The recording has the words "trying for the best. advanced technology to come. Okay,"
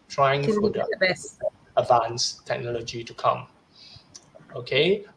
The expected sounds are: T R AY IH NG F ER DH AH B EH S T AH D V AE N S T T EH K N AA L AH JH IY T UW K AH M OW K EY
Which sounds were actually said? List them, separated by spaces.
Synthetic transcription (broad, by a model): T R AY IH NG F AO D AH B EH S AH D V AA N S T T EH K N AA L AH JH IY T UW K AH M OW K EY